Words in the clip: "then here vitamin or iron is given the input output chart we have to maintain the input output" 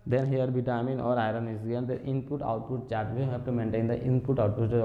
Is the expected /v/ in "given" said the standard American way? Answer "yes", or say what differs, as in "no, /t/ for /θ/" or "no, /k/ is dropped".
no, /v/ is dropped